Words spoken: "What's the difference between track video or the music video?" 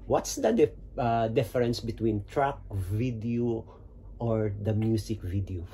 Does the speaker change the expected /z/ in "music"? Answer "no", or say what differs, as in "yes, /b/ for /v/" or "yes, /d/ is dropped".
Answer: yes, /s/ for /z/